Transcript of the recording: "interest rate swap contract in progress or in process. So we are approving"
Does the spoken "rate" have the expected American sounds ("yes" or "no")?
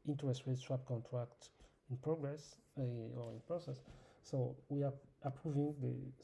no